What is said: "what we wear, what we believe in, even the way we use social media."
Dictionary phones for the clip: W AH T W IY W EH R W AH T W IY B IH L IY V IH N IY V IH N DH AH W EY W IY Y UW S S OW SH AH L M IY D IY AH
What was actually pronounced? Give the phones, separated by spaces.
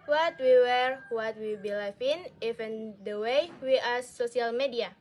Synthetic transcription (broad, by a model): W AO T W IY W EH R W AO T W IY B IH L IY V IH N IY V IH N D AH W EY W IY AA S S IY AH L M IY D IY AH